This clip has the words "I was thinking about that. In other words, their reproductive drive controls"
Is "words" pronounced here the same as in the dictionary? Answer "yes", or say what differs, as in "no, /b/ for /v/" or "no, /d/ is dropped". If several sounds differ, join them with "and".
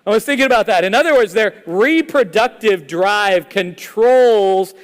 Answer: yes